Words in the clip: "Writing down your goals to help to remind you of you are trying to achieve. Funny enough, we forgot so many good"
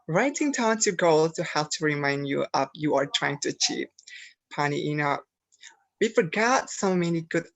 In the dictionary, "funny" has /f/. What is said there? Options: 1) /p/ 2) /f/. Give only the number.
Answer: 1